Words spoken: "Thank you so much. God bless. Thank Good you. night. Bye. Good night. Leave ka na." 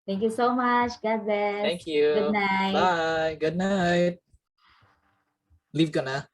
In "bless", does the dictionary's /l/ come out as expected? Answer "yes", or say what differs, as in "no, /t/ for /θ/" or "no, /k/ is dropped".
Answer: no, /l/ is dropped